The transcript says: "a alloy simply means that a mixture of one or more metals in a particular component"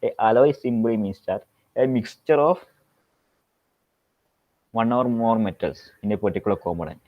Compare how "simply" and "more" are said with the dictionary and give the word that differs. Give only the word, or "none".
simply